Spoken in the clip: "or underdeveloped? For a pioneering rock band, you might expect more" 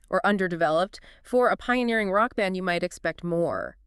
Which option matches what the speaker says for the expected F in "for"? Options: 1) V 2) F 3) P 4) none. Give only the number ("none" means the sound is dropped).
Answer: 2